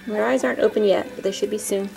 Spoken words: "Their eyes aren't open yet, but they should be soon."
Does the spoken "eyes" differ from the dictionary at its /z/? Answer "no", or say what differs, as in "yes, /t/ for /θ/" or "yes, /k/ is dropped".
no